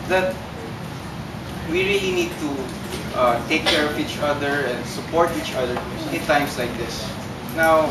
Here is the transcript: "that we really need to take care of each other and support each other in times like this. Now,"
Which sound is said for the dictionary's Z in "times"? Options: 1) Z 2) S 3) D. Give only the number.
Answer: 2